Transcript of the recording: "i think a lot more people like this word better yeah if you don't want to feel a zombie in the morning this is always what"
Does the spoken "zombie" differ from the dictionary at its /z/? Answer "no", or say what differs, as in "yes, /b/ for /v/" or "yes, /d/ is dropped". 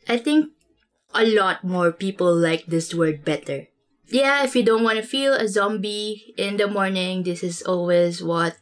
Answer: no